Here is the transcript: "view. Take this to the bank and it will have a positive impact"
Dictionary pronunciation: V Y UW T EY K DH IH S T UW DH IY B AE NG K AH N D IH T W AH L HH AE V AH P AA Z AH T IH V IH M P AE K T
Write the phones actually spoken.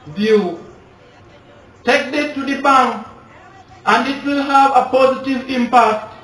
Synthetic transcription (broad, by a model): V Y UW T EY K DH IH T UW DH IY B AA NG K AH N D IH T W AH L HH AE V AH P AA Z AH T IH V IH M P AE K T